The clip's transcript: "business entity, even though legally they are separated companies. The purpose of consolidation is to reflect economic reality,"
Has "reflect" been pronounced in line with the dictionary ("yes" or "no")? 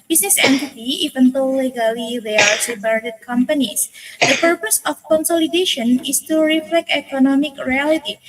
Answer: yes